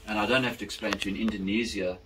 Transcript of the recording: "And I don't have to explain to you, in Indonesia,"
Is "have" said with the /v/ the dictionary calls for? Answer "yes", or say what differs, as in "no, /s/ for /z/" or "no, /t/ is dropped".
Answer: no, /f/ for /v/